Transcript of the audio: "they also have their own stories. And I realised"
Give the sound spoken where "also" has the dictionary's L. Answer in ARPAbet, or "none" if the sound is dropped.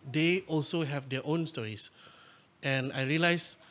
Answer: L